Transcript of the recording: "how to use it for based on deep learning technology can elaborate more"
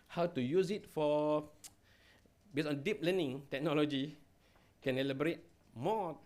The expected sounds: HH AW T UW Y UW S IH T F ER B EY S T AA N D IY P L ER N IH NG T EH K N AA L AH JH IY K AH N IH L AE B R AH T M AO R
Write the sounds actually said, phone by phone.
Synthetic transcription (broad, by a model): HH AW T UW Y UW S IH T F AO B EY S AA N D IY P L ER N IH NG T EH K N AA L AH JH IY K AH N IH L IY B R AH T M AO